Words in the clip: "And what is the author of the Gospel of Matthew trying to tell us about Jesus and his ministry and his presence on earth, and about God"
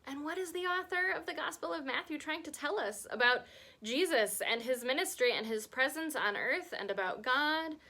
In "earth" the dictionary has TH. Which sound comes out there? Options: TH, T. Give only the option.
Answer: TH